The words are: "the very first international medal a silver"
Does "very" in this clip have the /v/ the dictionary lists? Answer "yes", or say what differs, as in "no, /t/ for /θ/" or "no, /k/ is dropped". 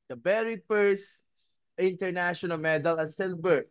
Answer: no, /b/ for /v/